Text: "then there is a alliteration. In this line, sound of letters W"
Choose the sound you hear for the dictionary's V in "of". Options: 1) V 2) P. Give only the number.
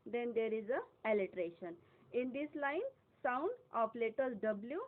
2